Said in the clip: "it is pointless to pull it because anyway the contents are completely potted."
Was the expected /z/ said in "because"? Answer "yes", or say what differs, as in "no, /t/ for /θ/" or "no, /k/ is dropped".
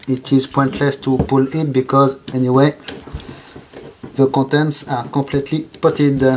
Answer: yes